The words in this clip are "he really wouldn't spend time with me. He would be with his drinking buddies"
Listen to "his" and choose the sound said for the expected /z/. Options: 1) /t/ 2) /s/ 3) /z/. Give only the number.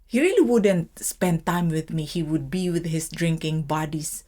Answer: 2